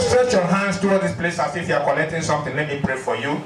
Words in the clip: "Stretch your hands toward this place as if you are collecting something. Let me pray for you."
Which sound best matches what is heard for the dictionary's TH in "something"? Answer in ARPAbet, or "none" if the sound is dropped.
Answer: T